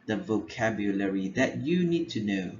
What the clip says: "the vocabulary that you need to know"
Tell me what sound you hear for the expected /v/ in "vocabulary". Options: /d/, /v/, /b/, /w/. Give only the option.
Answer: /v/